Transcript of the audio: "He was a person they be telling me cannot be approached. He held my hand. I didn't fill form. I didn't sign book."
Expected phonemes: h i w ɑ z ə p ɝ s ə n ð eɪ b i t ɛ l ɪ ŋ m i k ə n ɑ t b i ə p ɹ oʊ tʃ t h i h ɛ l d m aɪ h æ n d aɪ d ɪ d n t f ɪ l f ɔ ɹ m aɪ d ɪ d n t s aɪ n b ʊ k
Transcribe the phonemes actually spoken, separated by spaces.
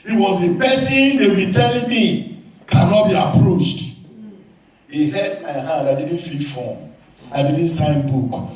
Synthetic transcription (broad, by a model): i w ɑ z ə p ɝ s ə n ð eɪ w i t ɛ l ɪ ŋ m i k ə n ɑ t b i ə p ɹ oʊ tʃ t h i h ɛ d m aɪ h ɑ d aɪ d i d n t f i f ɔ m aɪ d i d n t s aɪ n b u k